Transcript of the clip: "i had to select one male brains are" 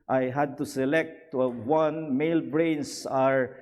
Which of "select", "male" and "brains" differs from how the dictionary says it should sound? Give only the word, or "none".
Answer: brains